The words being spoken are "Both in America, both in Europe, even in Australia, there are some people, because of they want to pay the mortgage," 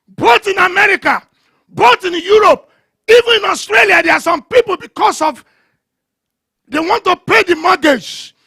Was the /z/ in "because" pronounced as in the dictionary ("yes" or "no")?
no